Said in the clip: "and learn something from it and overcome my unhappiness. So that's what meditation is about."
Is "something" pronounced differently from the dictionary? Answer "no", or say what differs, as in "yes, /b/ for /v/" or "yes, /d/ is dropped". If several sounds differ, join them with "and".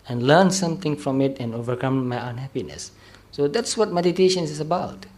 yes, /t/ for /θ/